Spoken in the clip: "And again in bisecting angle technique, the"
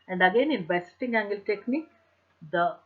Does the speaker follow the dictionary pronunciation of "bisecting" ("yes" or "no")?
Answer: no